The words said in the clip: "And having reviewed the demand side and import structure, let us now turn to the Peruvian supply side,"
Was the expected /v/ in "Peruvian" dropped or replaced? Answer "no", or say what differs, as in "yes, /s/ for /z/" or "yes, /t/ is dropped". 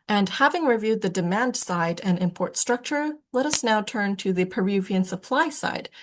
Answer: no